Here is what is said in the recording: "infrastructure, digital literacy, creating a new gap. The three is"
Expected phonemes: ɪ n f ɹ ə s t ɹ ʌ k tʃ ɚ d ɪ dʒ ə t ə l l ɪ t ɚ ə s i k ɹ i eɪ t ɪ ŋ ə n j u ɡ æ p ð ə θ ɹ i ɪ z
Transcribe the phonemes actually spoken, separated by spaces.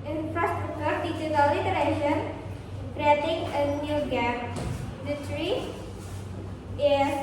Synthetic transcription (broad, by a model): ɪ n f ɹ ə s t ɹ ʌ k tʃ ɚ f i tʃ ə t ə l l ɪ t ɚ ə ʃ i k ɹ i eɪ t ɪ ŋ ə n j u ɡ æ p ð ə t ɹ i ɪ